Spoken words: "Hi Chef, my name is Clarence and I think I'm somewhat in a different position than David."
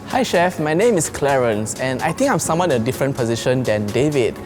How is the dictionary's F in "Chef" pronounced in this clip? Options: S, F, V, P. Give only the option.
F